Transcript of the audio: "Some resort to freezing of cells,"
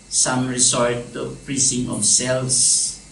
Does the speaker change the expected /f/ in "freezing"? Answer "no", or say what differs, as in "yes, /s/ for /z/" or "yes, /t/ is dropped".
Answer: yes, /p/ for /f/